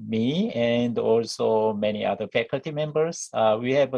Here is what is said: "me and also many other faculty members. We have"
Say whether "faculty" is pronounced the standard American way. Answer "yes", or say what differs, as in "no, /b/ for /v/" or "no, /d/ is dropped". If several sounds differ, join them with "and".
yes